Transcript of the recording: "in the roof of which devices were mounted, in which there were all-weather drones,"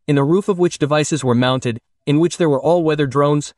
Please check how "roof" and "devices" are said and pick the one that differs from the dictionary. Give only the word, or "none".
none